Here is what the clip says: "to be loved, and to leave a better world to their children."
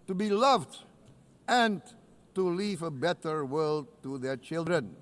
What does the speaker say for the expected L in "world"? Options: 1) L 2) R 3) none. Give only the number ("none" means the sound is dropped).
1